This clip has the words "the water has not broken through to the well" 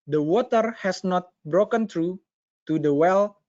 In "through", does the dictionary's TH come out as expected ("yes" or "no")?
no